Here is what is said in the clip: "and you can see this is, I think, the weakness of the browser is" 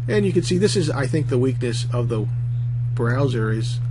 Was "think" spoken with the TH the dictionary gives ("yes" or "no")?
yes